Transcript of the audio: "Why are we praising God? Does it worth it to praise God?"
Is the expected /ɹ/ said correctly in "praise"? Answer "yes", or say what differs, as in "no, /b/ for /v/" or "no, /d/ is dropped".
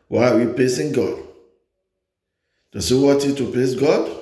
no, /l/ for /ɹ/